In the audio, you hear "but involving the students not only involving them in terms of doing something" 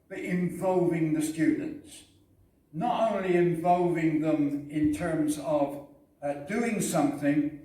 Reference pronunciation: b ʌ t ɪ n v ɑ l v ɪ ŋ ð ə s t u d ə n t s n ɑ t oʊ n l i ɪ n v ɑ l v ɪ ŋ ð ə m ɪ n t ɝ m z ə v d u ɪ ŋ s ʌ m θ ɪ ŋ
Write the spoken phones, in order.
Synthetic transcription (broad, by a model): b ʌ t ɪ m v ɑ l v ɪ ŋ ð ə s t u d n t s n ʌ t oʊ n l i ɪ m v ɑ l v ɪ ŋ ð ə m ɪ n t ɝ m z ə v d u ɪ ŋ s ʌ m θ ɪ ŋ